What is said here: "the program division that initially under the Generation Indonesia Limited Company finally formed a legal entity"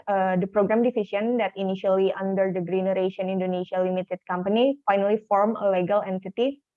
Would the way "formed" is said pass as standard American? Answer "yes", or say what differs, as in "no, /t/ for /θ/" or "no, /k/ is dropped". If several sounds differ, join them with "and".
no, /d/ is dropped